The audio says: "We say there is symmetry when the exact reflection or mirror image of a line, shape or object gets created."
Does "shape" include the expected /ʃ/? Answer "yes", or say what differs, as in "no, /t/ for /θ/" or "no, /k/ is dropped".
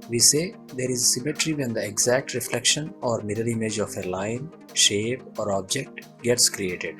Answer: yes